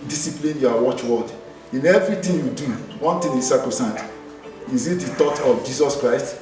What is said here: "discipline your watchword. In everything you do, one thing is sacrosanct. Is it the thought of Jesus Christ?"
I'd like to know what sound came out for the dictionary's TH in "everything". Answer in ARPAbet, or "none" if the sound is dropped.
T